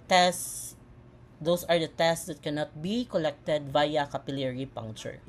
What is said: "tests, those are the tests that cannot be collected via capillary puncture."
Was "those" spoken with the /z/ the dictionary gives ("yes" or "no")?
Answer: no